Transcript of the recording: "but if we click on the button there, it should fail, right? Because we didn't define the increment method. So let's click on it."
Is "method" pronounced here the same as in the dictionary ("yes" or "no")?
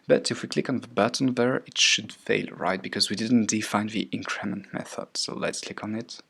yes